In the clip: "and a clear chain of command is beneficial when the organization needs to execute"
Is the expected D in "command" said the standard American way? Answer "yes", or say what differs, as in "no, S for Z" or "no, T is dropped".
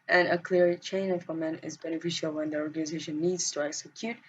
no, D is dropped